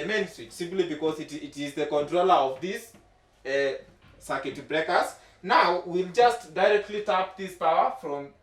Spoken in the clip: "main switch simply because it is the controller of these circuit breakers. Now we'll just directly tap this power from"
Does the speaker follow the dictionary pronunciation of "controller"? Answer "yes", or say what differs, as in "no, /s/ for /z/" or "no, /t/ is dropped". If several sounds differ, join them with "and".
yes